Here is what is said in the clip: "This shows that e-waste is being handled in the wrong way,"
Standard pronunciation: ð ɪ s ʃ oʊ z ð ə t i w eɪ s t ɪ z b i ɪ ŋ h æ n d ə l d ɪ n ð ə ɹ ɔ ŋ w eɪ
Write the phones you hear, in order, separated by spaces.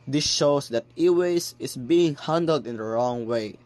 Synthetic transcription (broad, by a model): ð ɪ s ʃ oʊ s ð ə t i w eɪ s ɪ s b i ɪ ŋ h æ n d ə l d ɪ n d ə ɹ ɔ ŋ w eɪ